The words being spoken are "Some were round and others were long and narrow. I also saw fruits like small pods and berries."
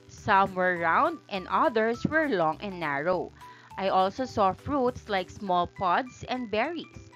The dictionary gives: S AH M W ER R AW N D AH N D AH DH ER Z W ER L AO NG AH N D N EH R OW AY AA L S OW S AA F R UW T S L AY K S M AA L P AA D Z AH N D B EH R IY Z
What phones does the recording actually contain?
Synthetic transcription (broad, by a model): S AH M W ER R AW N D AH N D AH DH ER S W ER L AO NG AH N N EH R OW AY AA L S OW S AA F R UW T S L AY K S M AA L P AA D S AH N D B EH R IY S